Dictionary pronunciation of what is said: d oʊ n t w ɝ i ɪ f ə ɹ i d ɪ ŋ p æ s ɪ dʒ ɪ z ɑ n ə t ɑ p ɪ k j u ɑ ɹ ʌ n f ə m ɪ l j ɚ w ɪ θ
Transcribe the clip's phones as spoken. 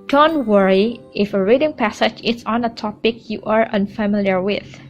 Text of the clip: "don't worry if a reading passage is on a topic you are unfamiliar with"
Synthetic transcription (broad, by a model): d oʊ n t w ɝ i ɪ f ə ɹ i d ɪ ŋ p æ s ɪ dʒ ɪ s ɑ n ə t ɑ p ɪ k j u ɑ ɹ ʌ n f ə m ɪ l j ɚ w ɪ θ